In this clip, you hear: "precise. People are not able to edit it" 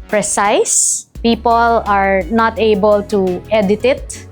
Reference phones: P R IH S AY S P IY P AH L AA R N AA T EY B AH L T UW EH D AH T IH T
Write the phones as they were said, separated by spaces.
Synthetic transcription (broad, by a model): P R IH S AY S P IY P AH L AA R N AA T EY B AH L T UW EH D AH T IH T